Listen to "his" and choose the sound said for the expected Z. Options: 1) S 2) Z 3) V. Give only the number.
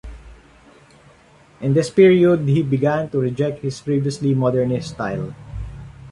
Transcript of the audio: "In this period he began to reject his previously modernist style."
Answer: 1